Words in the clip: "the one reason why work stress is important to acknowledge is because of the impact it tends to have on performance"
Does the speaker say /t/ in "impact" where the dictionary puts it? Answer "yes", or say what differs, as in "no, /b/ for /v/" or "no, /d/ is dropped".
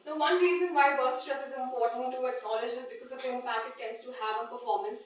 no, /t/ is dropped